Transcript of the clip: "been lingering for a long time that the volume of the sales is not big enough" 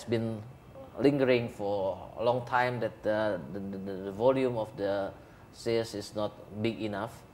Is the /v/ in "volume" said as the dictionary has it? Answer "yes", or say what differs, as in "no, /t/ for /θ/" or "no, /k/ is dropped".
yes